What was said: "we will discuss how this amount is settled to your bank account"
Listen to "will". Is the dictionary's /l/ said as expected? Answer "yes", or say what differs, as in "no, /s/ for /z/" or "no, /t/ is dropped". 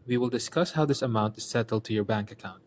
yes